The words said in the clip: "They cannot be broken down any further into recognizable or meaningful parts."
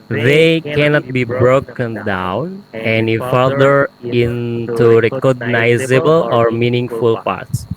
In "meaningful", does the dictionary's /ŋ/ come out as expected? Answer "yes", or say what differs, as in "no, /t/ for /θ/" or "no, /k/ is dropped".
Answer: yes